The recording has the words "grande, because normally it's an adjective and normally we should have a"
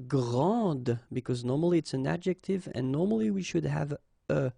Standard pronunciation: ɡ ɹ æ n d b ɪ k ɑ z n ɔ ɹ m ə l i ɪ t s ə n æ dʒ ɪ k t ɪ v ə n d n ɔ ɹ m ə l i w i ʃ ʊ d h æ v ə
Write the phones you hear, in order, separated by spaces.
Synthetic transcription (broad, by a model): ɡ ɹ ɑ d b ɪ k ɑ z n ɔ ɹ m ə l i ɪ t s ə n æ dʒ ɪ k t ɪ v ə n n ɔ ɹ m ə l i w i ʃ ʊ d h æ v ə